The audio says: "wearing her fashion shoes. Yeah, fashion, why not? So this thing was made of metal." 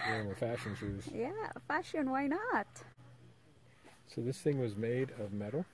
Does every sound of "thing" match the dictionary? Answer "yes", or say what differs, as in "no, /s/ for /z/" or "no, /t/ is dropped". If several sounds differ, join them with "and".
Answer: yes